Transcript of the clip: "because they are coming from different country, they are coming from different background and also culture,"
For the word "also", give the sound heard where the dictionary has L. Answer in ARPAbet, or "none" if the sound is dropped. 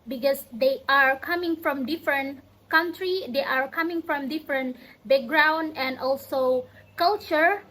L